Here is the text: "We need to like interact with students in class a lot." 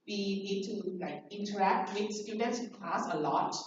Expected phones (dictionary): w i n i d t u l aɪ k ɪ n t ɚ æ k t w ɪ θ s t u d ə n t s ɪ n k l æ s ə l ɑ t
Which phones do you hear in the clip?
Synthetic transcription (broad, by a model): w i n i d t u l aɪ k ɪ n t ɚ æ k t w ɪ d s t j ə t ɪ n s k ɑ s ə l ɑ t